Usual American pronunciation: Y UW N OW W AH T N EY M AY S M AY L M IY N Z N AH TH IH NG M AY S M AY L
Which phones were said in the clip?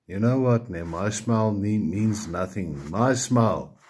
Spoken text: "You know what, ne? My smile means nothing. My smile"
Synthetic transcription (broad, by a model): Y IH N OW W AH T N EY M AY S M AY L M IY N Z N AH TH IH NG M AY S M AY L